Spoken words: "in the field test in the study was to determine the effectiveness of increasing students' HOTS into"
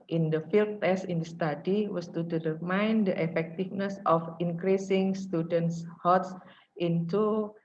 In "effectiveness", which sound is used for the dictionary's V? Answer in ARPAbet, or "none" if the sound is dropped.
F